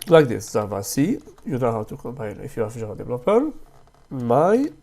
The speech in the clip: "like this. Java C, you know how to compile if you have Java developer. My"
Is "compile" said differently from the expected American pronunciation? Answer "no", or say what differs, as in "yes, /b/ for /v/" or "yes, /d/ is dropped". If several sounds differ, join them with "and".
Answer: yes, /n/ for /l/